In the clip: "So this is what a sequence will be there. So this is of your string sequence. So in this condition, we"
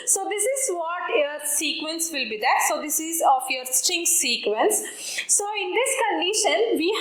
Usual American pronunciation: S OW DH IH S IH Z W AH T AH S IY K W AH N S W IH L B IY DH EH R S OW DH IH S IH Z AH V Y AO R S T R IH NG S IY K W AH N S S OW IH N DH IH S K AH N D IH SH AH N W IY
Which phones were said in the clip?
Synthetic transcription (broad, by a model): S OW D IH S IH Z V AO T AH S IY K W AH N S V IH L B IY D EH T S OW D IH S IH Z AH F Y AO R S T IH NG S IY K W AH N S S OW IH N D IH S K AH N D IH SH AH N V IY